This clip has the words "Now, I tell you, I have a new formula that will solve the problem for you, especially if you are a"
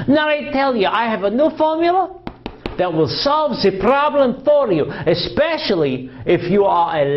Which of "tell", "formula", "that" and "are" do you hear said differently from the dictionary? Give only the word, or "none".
none